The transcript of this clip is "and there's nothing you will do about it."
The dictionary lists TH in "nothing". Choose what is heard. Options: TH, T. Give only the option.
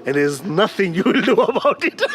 TH